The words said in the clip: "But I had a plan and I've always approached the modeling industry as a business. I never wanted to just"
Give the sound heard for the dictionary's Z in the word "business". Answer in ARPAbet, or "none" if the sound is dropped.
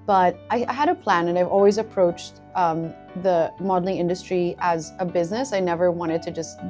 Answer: Z